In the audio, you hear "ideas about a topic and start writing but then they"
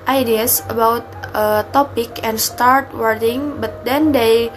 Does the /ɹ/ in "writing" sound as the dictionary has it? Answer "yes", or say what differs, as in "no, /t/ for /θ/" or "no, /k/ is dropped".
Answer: no, /w/ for /ɹ/